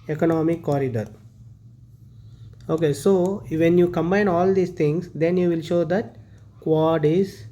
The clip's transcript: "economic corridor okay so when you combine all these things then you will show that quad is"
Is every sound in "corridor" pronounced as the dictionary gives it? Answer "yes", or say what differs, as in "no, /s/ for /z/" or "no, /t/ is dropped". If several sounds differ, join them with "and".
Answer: yes